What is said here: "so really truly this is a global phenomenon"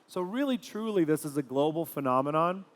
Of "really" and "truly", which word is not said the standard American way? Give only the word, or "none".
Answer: none